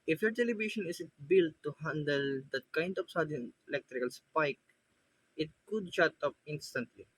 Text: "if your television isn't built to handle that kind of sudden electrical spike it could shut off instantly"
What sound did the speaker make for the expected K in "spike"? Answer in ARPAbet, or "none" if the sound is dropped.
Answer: K